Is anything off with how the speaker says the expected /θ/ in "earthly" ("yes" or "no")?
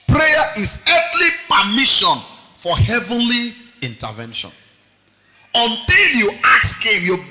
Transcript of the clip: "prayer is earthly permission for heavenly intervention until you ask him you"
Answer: yes